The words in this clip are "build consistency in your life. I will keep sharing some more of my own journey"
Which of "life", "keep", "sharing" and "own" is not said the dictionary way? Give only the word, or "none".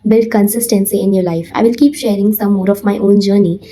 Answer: none